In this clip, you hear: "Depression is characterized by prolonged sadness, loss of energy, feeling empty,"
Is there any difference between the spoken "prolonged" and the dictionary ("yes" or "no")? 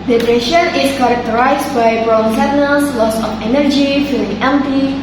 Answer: yes